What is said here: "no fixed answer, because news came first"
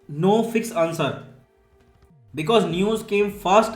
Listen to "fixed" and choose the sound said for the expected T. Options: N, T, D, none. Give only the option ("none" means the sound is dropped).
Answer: none